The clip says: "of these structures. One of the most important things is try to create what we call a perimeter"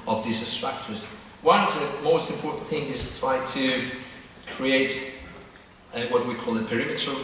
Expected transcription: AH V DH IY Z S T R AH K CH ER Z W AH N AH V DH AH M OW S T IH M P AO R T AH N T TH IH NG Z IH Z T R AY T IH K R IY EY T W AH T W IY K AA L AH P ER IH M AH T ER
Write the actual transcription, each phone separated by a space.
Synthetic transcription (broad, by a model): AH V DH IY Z S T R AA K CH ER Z W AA AH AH M OW S T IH M P AO R T N TH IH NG IH Z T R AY T IH K R IY EY T W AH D W IY K AA L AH P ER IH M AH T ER